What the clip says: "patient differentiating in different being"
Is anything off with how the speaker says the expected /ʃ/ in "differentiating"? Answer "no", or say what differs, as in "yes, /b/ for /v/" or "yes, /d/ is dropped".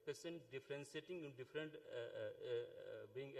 yes, /s/ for /ʃ/